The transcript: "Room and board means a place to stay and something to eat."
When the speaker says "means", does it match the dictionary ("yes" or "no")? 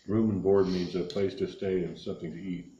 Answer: yes